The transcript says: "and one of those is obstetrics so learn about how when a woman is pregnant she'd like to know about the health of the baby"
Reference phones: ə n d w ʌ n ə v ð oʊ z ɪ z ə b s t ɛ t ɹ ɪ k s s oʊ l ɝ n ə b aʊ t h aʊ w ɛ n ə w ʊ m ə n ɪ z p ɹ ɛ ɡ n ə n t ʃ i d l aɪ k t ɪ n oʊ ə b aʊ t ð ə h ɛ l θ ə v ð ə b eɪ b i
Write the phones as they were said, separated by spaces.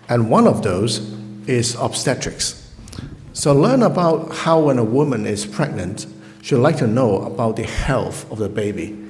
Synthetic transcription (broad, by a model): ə n w ʌ n ə v ð oʊ z ɪ z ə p s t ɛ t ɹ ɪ k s s oʊ l ɝ n ə b aʊ t h aʊ w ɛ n ə w ʊ m ə n ɪ z p ɹ ɛ ɡ n ə n t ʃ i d l aɪ k t ɪ n oʊ ə b aʊ t ð ə h ɛ l θ ə v ð ə b eɪ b i